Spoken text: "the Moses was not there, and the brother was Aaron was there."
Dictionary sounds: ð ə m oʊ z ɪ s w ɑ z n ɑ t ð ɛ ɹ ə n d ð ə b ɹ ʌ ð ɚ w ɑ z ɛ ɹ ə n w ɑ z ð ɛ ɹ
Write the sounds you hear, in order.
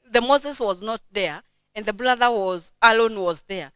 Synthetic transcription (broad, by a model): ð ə m oʊ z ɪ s w ɑ z n ɑ t ð ɛ ɹ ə n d ð ə b l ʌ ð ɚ w ɑ z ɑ l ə n w ɑ z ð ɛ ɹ